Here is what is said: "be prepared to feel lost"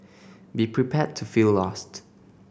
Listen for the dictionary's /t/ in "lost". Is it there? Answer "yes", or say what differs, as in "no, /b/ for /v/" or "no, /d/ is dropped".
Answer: yes